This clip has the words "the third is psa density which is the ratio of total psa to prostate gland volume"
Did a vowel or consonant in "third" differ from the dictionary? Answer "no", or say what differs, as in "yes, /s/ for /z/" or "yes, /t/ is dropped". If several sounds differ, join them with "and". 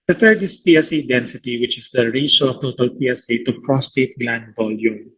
yes, /t/ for /θ/